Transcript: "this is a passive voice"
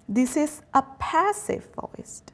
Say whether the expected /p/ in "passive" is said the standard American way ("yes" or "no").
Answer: yes